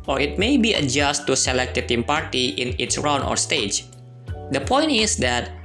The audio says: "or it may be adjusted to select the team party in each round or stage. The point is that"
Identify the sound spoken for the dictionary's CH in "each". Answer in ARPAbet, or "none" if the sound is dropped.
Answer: S